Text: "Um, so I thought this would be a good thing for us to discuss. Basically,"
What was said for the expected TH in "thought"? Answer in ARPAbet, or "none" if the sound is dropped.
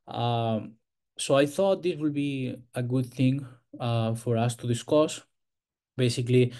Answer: TH